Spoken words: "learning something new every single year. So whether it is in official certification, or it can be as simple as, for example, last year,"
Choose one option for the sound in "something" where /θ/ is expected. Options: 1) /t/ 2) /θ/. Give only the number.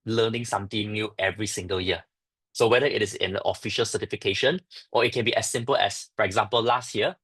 1